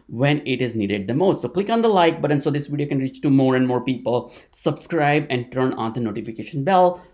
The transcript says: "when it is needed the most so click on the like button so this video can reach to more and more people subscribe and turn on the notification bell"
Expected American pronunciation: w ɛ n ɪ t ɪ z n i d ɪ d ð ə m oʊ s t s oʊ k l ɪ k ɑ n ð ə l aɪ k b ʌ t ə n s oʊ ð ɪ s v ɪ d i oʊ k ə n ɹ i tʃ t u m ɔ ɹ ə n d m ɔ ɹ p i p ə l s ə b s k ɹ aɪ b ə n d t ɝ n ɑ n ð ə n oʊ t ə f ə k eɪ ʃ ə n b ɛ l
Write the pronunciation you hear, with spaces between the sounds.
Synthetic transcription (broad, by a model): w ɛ n ɪ t ɪ z n i d ɪ d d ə m oʊ s t s oʊ k l ɪ k ɑ n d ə l aɪ k b ʌ t ə n s oʊ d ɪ s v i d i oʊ k ə n ɹ i tʃ t u m ɔ ɹ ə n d m ɔ ɹ p i p ə l s ə b s k ɹ aɪ b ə n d t ɝ n ɑ n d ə n oʊ t ə f ə k eɪ ʃ ə n b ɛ l